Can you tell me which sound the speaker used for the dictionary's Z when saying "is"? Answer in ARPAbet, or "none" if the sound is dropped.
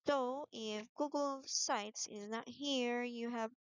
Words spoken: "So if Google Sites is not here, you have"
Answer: Z